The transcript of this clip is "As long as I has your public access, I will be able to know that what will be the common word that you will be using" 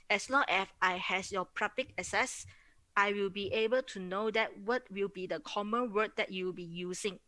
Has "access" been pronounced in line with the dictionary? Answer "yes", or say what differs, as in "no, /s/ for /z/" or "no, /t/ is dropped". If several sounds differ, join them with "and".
no, /k/ is dropped